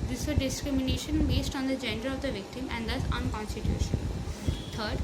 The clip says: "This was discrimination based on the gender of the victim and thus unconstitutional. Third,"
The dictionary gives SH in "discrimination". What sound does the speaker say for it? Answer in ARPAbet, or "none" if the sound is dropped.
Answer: SH